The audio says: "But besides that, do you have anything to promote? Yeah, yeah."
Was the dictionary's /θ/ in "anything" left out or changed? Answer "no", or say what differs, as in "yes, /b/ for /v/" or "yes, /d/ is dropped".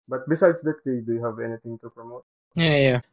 yes, /t/ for /θ/